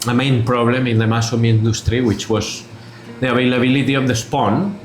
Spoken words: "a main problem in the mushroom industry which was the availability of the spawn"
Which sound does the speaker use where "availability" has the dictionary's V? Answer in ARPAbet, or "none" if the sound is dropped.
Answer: B